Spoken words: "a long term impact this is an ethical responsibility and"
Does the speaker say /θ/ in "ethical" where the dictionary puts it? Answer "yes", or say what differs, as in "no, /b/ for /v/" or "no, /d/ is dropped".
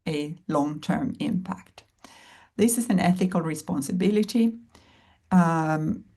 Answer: yes